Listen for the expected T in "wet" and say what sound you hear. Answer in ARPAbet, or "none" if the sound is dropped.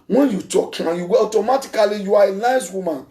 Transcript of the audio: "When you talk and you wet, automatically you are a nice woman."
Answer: none